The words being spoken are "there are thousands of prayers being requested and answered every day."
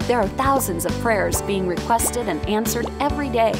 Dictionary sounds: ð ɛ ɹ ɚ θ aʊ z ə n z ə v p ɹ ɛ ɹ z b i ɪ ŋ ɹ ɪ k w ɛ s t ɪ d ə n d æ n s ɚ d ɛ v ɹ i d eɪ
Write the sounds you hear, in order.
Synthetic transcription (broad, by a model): ð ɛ ɹ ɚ θ aʊ z ə n z ə v p ɹ ɛ ɹ z b i ɪ ŋ ɹ ɪ k w ɛ s t ɪ d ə n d æ n s ɚ d ɛ v ɹ i d eɪ